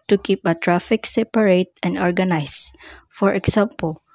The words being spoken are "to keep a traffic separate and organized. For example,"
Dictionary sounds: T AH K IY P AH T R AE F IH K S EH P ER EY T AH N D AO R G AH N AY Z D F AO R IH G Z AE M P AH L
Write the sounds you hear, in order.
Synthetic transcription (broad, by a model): T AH K IY P AH T R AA F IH K S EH P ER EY T AH N D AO R G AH N AY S F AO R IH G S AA M P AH L